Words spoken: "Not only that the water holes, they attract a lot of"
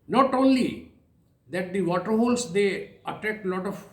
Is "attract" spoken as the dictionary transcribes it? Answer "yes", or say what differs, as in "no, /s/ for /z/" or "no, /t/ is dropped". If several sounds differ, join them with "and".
no, /ɹ/ is dropped